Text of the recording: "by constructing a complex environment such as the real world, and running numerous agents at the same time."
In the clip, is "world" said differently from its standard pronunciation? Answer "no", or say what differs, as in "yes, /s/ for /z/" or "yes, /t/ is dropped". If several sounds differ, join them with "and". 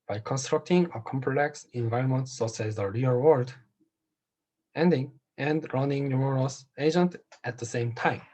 yes, /n/ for /l/